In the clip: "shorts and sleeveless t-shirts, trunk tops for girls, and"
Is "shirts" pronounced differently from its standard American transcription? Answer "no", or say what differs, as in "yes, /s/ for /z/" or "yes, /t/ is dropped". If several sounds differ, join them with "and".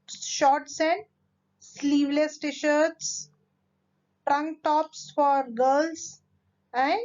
no